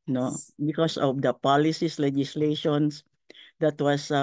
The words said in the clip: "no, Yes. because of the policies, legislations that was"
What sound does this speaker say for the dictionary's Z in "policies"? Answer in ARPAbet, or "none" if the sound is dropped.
S